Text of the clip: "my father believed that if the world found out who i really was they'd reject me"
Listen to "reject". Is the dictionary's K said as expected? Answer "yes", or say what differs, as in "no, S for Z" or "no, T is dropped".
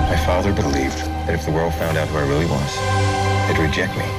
yes